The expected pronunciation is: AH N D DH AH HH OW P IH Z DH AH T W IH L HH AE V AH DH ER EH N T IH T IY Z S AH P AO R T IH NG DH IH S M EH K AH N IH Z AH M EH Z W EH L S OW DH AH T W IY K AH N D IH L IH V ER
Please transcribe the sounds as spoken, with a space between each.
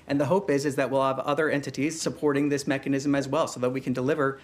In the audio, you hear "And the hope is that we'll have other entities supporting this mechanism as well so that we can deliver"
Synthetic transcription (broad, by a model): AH N DH AH HH OW P IH Z DH AH T W IH L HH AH V AH DH ER EH N T IH T IY Z S AH P AO R T IH NG DH IH S M EH K AH N IH Z AH M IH Z W EH L S OW DH AH T W IY K AH N D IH L IH V ER